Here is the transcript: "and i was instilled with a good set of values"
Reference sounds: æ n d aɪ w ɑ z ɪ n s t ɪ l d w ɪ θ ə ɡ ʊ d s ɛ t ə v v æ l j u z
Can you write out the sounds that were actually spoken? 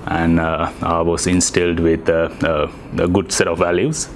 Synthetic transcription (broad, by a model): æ n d aɪ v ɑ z ɪ n s t ɪ l d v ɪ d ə ɡ ʊ d s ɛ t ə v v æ l j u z